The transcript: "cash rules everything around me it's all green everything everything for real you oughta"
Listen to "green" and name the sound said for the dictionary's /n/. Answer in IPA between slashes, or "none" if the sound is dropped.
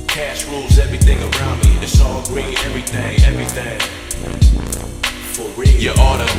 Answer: none